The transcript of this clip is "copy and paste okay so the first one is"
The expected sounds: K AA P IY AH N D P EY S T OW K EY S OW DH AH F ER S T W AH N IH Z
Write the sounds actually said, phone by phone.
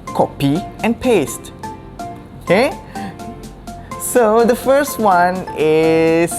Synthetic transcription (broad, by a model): K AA P IY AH N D P EY S T OW K EY S OW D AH F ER S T W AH N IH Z